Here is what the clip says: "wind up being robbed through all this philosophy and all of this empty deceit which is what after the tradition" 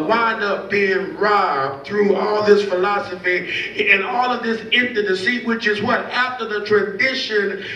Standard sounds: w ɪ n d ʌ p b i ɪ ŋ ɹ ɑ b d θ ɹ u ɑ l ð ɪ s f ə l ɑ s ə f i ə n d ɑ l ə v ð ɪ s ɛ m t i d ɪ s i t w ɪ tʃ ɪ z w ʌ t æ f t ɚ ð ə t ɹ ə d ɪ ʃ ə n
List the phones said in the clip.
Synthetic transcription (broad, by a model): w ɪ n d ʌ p b i ɪ ŋ ɹ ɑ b θ ɹ u ɑ l ð ɪ s f ə l ɑ s ə f i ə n ɑ l ə v ð ɪ s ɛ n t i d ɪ s i w ɪ tʃ ɪ z w ʌ t æ f t ɚ ð ə t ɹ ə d ɪ ʃ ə n